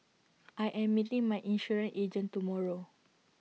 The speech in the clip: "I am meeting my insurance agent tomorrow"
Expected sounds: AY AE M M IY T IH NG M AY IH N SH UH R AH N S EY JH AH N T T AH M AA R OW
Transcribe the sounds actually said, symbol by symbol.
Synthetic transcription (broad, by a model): AY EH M M IY T IH NG M AY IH N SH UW R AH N EY JH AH N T T AH M AA R OW